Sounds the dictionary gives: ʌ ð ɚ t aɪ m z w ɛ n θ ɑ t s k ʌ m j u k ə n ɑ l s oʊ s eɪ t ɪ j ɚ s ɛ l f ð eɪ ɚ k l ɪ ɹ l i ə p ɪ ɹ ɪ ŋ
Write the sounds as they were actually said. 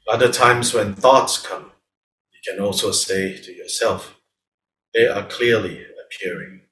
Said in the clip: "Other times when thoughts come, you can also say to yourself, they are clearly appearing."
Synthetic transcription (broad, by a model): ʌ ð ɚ t aɪ m z w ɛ n θ ɑ t s k ʌ m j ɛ k ə n ɑ l s oʊ s eɪ t ɪ j ɚ s ɛ l f ð eɪ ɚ k l ɪ ɹ l i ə p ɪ ɹ ɪ ŋ